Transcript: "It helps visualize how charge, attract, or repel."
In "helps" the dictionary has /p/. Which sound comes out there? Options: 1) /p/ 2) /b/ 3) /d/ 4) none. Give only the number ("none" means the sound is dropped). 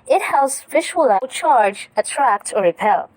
4